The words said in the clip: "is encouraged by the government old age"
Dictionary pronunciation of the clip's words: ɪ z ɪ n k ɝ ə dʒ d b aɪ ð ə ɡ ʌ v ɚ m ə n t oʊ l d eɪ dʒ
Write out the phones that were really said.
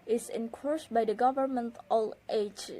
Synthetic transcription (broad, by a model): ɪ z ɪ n k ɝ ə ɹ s b aɪ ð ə ɡ ʌ v ɚ m ə n t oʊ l eɪ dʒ